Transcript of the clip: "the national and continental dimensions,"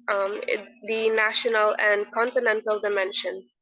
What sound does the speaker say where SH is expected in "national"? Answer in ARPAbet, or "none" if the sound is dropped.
SH